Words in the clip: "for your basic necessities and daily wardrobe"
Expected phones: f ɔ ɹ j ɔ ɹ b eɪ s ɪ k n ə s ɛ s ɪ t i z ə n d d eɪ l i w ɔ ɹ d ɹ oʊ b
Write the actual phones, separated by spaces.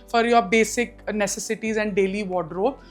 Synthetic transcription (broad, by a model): f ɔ ɹ j ɔ ɹ b eɪ s ɪ k n ə s ɛ s ɪ t i z ə n d d eɪ l i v ɔ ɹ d ɹ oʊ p